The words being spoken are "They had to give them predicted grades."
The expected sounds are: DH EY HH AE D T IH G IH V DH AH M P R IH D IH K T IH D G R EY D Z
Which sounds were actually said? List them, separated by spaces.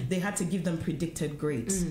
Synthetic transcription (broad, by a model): DH EY HH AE D T IH G IH V DH AH M P R IH D IH K T IH D G R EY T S